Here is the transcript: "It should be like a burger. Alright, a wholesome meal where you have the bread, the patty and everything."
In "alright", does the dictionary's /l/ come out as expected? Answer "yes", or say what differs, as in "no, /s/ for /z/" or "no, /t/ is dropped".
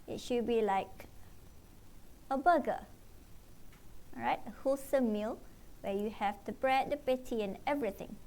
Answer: no, /l/ is dropped